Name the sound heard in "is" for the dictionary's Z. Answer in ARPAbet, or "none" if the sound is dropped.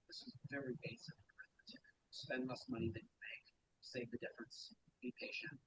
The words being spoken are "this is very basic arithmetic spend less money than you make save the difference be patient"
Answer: Z